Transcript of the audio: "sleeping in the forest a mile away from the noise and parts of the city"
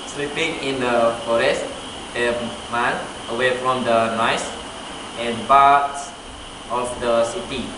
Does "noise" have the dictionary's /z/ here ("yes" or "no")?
no